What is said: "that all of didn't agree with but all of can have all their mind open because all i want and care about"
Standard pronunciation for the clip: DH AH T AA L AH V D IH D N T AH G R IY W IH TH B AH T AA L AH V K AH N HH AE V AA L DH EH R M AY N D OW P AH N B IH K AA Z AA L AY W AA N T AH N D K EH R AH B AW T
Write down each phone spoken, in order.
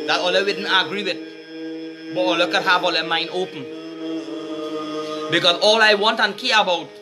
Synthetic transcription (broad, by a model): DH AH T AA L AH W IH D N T AH G R IY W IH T B AH T AA L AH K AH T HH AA B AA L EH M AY N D OW P AH N B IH K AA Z AA L AY W AA N T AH N K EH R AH B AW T